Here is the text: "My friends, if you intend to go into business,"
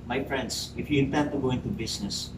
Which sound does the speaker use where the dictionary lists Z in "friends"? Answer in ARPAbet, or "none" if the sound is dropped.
S